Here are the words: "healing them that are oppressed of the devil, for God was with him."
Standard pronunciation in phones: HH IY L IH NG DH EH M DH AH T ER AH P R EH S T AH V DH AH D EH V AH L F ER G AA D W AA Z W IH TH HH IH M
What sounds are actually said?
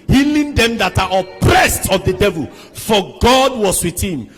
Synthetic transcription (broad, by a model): HH IY L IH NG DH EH M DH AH T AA AH P R EH S T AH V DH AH D EH V AH L F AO G AA D W AA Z W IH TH HH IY M